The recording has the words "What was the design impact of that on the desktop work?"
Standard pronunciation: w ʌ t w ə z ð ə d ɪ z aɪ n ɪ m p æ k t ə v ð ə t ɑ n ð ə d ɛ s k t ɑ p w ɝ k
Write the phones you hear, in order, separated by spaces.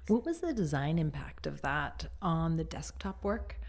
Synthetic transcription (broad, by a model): w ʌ t w ə z ð ə d ɪ z aɪ n ɪ m p æ k t ə v ð ə t n ð ə d ɛ s k t ɑ p w ɝ k